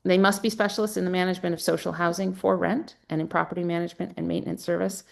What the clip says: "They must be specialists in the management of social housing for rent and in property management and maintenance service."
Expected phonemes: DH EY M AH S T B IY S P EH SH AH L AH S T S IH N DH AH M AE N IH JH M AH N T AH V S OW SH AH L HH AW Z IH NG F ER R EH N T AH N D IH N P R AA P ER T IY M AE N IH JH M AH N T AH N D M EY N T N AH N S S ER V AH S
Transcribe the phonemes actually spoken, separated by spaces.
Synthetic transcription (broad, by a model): DH EY M AH S T B IY S P EH SH L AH S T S IH N DH AH M AE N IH JH M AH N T AH V S OW SH L HH AW Z IH NG F ER R EH N T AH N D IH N P R AA P ER T IY M AE N IH JH M AH N T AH N M EY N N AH N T S ER V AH S